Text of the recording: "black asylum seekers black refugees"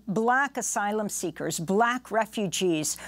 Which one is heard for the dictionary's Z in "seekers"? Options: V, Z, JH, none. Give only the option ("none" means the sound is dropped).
Z